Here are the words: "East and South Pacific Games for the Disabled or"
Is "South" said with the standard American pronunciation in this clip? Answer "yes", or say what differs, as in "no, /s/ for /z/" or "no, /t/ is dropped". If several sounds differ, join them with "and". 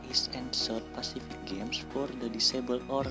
no, /t/ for /θ/